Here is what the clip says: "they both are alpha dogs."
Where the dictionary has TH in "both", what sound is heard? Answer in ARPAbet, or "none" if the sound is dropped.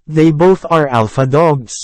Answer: TH